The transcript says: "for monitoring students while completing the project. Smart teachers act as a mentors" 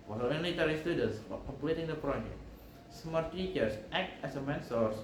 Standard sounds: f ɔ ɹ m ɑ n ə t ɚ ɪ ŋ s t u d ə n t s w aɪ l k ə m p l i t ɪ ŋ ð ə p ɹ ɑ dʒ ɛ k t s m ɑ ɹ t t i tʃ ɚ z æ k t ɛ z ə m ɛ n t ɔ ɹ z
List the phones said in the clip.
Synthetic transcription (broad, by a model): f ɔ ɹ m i l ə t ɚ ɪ s t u d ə n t s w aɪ k ə m p l i t ɪ ŋ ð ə p ɹ ɑ dʒ ɛ k t s m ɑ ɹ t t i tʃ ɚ s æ k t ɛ s ə m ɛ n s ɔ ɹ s